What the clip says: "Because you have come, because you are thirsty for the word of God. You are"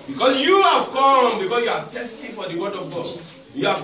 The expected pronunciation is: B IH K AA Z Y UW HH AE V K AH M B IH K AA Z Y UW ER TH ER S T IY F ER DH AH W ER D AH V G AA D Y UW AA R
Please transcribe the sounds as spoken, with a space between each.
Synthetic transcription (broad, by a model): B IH K AA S Y UW HH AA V K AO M B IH K AA S Y UW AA T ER S T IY F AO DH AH W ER D AH V G AA D Y UW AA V